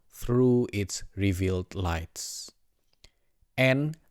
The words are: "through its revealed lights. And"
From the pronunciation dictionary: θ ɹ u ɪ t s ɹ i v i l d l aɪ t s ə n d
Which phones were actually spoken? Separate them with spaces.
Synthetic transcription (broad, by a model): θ ɹ u ɪ t s ɹ i v i l d l aɪ t s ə n